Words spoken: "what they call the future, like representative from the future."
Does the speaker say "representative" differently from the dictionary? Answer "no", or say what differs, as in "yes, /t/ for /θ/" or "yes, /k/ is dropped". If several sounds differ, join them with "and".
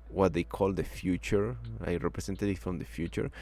yes, /s/ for /z/